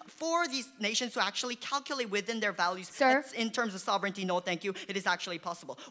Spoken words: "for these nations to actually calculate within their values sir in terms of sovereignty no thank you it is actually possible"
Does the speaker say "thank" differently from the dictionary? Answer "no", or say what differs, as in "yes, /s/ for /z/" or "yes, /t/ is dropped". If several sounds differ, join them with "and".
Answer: no